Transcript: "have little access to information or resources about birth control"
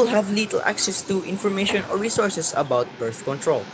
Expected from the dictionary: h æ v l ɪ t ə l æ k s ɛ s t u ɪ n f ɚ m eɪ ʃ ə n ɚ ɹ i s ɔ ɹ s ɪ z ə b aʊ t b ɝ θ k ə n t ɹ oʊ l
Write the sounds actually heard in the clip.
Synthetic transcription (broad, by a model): h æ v l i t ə l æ k s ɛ s t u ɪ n f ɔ m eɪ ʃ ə n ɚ ɹ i s ɔ ɹ s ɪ s ə b aʊ t b ɝ θ k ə n t ɹ oʊ l